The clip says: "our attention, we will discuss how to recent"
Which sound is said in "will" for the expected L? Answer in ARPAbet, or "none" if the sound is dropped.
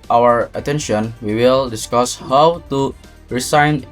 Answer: L